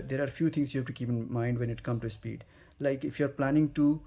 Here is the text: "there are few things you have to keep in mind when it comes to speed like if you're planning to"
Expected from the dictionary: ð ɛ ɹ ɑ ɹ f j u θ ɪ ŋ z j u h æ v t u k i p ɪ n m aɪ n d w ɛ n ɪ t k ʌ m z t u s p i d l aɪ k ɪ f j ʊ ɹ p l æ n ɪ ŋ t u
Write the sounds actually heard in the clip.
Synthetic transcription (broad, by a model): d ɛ ɹ ɑ ɹ f j u t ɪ ŋ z j u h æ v t u k i p ɪ n m aɪ n d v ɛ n ɪ t k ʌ m t u s p i d l aɪ k ɪ f j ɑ ɹ p l æ n ɪ ŋ t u